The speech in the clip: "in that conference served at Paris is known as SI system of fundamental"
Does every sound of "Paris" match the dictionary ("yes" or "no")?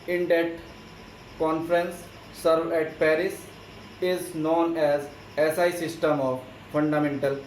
yes